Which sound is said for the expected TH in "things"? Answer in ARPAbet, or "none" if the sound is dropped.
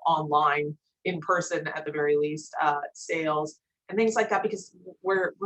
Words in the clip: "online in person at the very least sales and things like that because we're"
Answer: TH